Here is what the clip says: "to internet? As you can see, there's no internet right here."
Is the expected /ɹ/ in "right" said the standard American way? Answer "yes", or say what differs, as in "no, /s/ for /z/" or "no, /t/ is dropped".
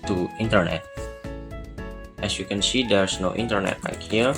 no, /l/ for /ɹ/